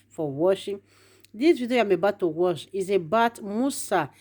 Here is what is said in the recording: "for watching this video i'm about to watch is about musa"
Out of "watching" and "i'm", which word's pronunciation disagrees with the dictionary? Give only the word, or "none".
watching